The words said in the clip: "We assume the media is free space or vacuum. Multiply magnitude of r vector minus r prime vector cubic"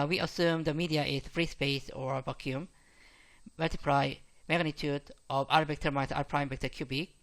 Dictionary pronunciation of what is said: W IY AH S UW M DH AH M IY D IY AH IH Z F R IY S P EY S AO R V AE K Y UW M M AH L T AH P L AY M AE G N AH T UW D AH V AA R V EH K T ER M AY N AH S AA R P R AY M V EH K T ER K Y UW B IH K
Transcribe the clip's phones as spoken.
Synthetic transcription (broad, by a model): W IY AH S UW M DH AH M IY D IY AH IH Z F R IY S P EY S AO R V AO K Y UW M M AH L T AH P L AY M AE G N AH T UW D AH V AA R B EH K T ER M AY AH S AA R P R AY M B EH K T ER K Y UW B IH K